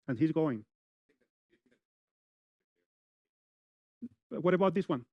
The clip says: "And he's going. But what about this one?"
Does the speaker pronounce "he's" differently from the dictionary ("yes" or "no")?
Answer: no